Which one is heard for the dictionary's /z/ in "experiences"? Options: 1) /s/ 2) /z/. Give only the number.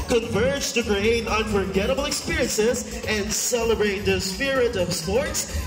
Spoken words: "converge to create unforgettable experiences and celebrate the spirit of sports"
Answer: 2